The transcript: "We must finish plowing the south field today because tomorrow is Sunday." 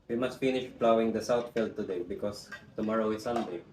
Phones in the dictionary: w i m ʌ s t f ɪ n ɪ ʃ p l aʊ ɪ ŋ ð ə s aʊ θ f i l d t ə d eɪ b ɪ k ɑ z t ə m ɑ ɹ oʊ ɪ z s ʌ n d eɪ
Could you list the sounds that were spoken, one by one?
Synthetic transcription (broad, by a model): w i m ʌ s t f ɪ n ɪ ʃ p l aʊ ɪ ŋ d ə s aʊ t f i l d t ə d eɪ b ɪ k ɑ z t ə m ɑ ɹ oʊ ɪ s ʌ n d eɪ